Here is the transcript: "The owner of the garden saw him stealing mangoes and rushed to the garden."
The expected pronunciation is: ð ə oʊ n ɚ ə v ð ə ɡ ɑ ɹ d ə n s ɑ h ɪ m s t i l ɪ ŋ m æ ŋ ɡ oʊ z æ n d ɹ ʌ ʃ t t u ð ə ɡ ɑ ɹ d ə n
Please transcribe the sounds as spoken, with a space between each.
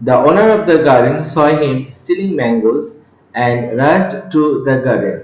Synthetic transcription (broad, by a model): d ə oʊ n ɚ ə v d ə ɡ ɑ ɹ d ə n s ɑ h ɪ m s t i l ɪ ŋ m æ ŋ ɡ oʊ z æ n d ɹ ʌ s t t u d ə ɡ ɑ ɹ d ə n